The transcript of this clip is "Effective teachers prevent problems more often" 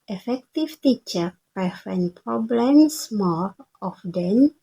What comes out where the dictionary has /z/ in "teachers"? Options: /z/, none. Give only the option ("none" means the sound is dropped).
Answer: none